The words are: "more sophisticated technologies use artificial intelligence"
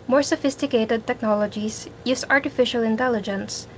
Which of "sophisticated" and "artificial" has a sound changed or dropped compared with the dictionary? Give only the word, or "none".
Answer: none